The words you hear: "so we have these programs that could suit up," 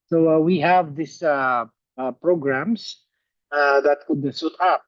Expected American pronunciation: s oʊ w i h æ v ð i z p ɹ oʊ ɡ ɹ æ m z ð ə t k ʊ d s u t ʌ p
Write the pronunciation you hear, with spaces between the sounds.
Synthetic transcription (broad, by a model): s oʊ w i h æ v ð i s p ɹ oʊ ɡ ɹ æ m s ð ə t k ʊ d s u t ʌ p